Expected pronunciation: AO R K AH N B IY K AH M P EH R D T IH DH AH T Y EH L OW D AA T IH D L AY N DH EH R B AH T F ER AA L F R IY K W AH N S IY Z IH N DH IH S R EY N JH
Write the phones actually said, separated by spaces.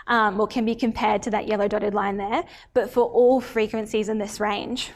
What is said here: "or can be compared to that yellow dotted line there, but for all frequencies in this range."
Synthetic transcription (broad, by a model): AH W K AH N B IY K AH M P EH R D T IH DH AH T Y EH L OW D AA T IH D L AY N DH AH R B AH T F ER AA L F R IY K W AH N S IY Z IH N DH IH S R EY N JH